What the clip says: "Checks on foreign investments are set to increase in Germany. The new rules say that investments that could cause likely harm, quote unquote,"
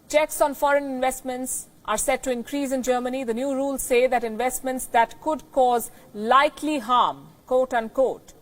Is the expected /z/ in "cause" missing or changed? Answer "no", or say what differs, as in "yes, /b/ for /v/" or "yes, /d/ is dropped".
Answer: no